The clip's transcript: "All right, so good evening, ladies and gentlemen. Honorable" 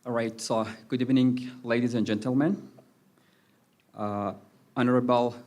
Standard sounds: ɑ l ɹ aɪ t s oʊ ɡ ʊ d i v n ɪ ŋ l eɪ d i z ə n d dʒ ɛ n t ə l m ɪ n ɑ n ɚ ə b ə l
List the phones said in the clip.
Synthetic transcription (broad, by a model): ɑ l ɹ aɪ t s oʊ ɡ ʊ d i v n ɪ ŋ l eɪ d i z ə n dʒ ɛ n t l m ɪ n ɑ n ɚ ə b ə l